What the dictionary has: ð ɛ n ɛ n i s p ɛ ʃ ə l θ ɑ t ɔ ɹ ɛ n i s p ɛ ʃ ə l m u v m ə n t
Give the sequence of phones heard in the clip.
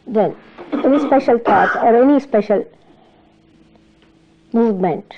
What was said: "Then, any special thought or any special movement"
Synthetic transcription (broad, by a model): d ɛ n ɛ n i s p ɛ ʃ ə l t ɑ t ɔ ɹ ɛ n i s p ɛ ʃ ə l m u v m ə n t